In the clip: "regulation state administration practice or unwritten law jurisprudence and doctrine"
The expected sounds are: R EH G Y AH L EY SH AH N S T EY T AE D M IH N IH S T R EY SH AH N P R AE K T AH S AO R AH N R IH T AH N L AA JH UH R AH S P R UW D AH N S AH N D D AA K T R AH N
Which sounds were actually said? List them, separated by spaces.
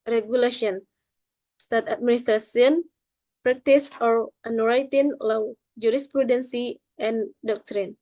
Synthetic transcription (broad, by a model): R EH G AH L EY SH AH N S T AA T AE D M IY N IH S T R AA S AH N P R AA K T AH S AO R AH N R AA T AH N L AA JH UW R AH S P R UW D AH N S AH N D D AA K T R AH N